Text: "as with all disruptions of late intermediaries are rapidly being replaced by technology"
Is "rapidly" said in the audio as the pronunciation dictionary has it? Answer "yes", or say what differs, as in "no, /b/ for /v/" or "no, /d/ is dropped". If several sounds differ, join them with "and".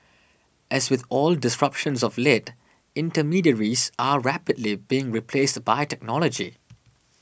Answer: yes